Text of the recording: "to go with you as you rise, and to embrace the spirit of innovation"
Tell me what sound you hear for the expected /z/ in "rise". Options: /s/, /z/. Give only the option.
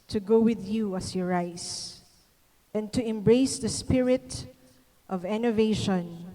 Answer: /s/